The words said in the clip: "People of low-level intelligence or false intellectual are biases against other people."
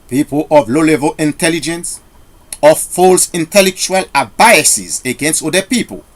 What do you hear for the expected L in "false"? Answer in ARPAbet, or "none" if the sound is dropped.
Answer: L